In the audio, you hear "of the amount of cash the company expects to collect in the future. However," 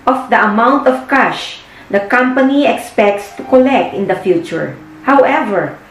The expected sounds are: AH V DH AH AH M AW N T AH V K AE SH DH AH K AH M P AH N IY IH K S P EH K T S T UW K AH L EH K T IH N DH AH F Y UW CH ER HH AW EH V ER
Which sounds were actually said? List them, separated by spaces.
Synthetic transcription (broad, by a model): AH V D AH AH M AW N T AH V K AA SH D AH K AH M P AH N IY IH K S P EH K T S T UW K AH L EH K T IH N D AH F Y UW CH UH HH AW EH V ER